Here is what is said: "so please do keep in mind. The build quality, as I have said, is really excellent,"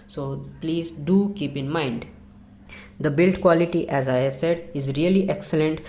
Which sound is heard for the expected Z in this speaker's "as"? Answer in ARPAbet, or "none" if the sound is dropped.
Z